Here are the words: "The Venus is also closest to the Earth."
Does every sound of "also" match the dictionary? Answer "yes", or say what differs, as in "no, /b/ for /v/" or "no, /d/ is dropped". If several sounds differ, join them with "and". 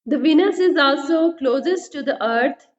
yes